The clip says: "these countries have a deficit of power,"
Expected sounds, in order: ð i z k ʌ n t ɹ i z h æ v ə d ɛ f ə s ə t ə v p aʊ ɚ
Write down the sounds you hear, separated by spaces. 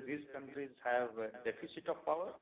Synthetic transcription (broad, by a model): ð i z k ʌ n t ɹ i z h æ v d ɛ p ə s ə t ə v p aʊ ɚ